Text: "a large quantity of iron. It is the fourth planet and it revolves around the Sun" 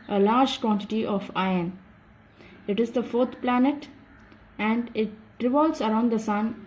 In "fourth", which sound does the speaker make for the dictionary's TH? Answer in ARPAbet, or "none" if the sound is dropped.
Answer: T